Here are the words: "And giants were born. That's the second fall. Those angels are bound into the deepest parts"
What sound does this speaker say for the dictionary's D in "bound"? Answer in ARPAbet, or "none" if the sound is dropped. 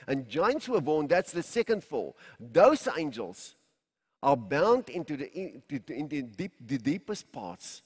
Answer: D